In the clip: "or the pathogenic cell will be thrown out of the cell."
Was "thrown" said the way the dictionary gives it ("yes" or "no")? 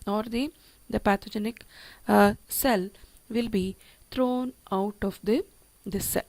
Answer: no